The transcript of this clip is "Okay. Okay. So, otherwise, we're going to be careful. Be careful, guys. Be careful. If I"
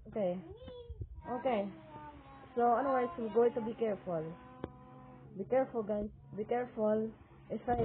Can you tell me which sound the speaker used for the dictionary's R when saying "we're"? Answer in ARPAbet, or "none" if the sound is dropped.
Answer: L